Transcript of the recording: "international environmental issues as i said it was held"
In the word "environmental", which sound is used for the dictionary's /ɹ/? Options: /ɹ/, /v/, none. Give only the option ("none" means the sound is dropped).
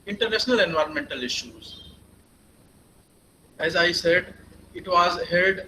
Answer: /ɹ/